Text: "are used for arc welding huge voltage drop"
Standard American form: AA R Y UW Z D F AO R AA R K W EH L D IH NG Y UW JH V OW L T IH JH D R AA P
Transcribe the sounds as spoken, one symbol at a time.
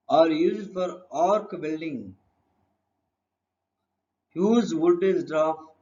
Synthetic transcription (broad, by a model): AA R Y UW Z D F AO R AA R K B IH L D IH NG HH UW Z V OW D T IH Z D R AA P